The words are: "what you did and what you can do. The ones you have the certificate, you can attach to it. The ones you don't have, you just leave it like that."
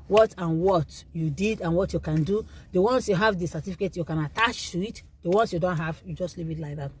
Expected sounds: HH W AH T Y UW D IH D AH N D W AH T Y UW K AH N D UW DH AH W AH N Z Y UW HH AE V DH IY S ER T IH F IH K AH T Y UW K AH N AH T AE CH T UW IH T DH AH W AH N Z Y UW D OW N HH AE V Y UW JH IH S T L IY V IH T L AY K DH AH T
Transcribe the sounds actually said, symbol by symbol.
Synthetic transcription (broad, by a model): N W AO T Y UW D IH D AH N W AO T Y UW K AH N D UW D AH W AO N S Y UW HH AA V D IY S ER T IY F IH K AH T Y UW K AH N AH T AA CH T UW IH T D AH W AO N S Y UW D OW N HH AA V Y UW JH IH S T L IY P IH T L AY K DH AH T